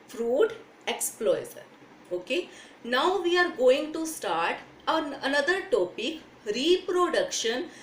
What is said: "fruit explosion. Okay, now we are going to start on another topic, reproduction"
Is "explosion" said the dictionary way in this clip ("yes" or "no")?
no